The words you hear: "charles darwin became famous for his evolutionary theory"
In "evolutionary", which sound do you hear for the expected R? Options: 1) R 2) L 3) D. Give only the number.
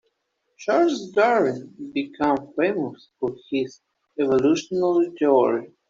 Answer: 2